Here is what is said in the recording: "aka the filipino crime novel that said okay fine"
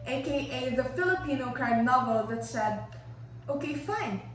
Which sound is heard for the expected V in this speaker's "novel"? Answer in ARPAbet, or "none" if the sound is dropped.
V